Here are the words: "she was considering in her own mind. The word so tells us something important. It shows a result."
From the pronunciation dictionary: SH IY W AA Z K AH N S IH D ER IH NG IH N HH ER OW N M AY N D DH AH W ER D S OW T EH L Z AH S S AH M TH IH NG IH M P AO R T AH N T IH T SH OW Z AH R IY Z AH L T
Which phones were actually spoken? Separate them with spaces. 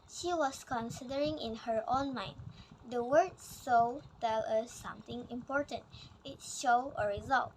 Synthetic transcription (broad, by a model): SH IY W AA S K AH N S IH D ER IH NG IH N HH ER OW N M AY N D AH W ER D S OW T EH L AH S S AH M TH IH NG IH M P AO R T AH N T IH T SH OW AH R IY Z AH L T